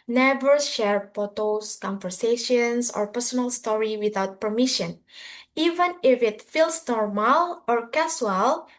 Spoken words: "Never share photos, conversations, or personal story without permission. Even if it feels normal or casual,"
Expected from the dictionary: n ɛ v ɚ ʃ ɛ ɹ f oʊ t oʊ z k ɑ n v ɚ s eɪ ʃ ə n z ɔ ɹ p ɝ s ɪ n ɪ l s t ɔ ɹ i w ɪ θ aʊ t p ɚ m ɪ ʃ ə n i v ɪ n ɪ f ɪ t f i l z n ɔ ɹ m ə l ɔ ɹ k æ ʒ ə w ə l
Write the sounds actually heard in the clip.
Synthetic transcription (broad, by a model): n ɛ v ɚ ʃ ɛ ɹ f oʊ t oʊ s k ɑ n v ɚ s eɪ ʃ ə n s ɔ ɹ p ɝ s ɪ n ɪ l s t ɔ ɹ i w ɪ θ aʊ t p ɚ m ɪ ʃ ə n i v ɪ n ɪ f ɪ t f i l s n ɔ ɹ m ə l ɔ ɹ k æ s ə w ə l